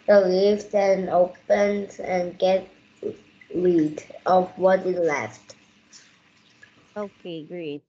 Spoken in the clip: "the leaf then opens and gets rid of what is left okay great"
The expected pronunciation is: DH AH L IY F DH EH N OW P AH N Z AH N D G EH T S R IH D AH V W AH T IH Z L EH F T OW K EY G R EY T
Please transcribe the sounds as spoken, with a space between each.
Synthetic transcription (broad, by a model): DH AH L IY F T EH N OW P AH N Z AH N G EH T R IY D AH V W AH T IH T L EH F T OW K EY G R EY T